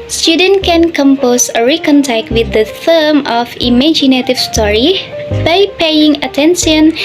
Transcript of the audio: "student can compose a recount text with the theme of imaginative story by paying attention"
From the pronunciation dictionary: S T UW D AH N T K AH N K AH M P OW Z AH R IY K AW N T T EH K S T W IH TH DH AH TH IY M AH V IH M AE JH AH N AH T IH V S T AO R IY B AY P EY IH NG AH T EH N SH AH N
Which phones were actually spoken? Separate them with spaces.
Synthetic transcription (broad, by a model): S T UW D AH N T K AH N K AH M P OW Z AH R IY K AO N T T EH K T W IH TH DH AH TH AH M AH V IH M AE JH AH N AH T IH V S T AO R IY B AY P EY IH NG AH T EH N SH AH N